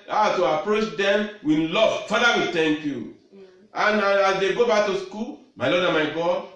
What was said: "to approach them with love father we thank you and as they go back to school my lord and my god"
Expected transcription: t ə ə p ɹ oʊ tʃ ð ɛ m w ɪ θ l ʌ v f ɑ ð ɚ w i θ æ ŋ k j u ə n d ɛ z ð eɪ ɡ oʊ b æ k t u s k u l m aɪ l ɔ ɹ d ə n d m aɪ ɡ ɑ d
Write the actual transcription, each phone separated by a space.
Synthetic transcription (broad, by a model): t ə ə p ɹ oʊ tʃ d ɛ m w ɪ l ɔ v f ɑ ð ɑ w i t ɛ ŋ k j u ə n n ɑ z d eɪ ɡ oʊ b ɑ k t u s k u l m aɪ l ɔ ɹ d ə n m aɪ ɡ ɑ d